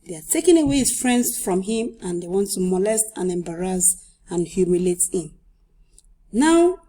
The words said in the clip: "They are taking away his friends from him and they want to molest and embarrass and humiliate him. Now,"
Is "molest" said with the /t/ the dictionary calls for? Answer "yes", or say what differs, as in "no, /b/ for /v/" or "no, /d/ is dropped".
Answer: yes